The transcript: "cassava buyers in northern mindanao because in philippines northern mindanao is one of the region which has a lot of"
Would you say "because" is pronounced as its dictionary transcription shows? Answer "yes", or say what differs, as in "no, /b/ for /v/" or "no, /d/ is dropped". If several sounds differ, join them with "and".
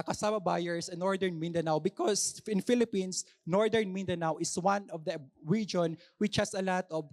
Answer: no, /s/ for /z/